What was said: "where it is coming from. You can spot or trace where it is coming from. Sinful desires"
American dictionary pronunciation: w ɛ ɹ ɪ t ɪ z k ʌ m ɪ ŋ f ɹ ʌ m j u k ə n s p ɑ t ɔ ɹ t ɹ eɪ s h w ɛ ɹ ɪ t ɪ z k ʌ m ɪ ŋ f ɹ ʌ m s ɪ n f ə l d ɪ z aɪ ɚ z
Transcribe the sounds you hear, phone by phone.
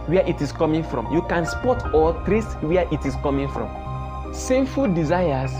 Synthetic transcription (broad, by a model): w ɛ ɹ ɪ t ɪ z k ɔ m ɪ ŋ f ɹ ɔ m j u k ə n s p ɑ t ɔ l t ɹ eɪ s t w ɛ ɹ ɪ t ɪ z k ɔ m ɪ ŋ f ɹ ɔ m s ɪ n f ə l d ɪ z aɪ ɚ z